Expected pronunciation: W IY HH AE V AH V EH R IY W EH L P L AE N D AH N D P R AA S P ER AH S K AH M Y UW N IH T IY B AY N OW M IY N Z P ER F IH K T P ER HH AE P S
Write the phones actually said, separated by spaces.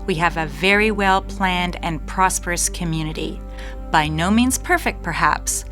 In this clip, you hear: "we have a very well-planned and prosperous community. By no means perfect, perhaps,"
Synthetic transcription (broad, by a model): W IY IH V AH V EH R IY W EH L P L AE N D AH N P R AA S P ER AH S K AH M Y UW N IH T IY B AY N OW M IY N Z P ER F IH K T P ER HH AE P S